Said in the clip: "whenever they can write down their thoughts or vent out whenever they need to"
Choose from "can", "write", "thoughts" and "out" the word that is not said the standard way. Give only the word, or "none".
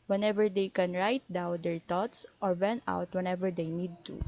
thoughts